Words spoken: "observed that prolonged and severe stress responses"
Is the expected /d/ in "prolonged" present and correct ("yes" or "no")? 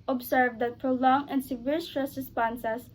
no